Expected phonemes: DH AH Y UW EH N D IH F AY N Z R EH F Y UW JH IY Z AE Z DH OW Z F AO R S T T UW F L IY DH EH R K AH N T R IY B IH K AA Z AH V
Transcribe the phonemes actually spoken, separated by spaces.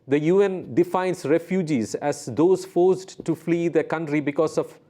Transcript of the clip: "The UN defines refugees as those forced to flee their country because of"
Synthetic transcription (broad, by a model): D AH Y UW EH N D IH F AY N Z R EH F Y UW JH IY Z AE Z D OW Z F AO R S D T UW F L IY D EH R K AH N T R IY B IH K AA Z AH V